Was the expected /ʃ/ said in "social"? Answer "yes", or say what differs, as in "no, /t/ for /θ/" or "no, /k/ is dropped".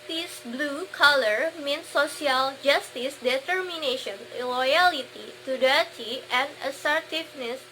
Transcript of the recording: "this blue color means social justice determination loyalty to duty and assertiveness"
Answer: no, /s/ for /ʃ/